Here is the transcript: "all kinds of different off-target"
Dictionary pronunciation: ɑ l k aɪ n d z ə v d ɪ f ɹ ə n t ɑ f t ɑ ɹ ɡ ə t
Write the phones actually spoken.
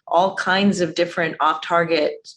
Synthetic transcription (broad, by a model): ɑ l k aɪ n d z ə v d ɪ f ɹ ə n t ɑ f t ɑ ɹ ɡ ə t